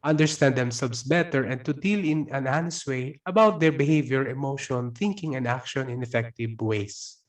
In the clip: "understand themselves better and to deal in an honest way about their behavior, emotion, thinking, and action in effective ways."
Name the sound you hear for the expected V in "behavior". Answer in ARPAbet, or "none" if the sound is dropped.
V